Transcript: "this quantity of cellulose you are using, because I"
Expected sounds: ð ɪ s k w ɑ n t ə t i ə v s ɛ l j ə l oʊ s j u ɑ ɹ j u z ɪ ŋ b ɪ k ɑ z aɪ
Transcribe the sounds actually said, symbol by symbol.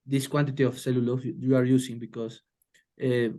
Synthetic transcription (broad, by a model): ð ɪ s k w ɑ n t ə t i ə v s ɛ l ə l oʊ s j u ɑ ɹ j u s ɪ ŋ b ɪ k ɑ s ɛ